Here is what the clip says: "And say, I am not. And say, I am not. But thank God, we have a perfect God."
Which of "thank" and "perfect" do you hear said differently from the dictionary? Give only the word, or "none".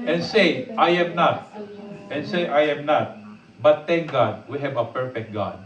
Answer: thank